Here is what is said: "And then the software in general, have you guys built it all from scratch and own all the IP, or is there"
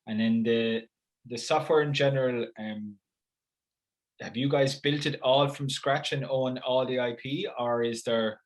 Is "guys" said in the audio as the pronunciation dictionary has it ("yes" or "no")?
yes